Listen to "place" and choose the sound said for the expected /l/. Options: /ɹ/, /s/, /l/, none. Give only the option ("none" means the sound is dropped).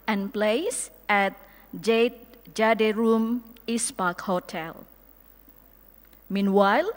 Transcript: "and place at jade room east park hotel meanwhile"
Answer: /l/